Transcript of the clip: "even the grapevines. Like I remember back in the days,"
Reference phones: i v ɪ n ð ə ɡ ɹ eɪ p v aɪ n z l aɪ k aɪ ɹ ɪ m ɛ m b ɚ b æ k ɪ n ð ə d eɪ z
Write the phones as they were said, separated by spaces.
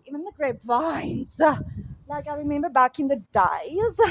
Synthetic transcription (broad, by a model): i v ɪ n ð ə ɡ ɹ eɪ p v aɪ n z l aɪ k aɪ ɹ ɪ m ɛ m b ɚ b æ k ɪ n ð ə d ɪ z